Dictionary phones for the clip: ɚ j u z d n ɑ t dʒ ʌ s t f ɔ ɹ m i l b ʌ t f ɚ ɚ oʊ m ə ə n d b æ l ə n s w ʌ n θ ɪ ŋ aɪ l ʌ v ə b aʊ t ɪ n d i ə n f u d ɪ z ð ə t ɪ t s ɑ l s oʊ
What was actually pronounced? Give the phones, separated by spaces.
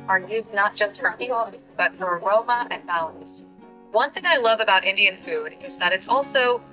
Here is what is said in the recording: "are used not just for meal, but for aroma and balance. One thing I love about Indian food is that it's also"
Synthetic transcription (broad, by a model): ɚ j u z n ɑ t dʒ ʌ s t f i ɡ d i b ʌ t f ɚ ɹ oʊ m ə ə n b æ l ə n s w ʌ n θ ɪ ŋ aɪ l ʌ v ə b aʊ t ɪ n d i ə n f u d ɪ z ð ə t ɪ t s ɑ l s oʊ